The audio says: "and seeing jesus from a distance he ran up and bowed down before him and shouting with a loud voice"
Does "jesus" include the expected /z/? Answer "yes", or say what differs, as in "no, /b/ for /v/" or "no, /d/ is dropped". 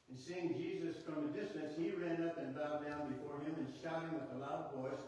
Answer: yes